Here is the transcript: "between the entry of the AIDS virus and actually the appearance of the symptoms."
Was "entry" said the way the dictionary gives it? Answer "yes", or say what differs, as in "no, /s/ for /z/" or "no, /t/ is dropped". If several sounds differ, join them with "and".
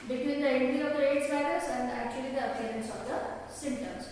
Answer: no, /ɹ/ is dropped